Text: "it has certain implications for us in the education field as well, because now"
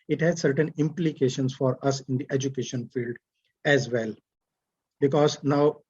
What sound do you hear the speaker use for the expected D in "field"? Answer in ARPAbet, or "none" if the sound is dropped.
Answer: D